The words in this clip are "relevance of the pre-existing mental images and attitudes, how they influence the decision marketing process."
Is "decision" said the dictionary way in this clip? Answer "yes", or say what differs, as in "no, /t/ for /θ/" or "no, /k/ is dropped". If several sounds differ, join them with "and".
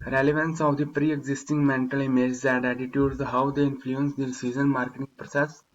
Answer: no, /z/ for /ʒ/